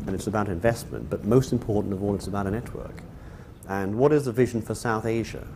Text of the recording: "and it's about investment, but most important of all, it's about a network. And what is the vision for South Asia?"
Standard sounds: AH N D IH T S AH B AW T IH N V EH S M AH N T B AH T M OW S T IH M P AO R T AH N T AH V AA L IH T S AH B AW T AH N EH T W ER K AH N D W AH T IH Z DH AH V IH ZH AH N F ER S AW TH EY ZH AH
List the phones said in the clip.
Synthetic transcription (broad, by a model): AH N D IH T S AH B AW T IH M V EH S M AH N B AH T M OW S T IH M P AO R T N T AH V AA L IH T S AH B AW T AH N EH T W ER K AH N W AH T IH Z DH AH V IH ZH N F ER S AW TH EY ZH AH